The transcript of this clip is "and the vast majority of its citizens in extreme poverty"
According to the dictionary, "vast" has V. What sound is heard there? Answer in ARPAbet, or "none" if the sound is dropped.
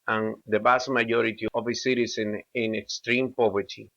B